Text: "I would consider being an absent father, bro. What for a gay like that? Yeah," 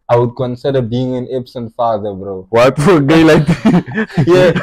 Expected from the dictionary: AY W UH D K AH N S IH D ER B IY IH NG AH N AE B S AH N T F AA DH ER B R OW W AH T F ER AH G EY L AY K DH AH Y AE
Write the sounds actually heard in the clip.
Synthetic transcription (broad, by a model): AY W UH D K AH N S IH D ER B IY IH NG AH N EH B S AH N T F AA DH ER B R OW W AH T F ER AH G EY L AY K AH Y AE